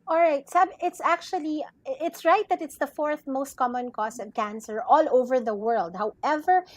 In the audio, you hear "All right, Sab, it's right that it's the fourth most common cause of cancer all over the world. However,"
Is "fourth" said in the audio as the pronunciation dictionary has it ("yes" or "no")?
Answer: yes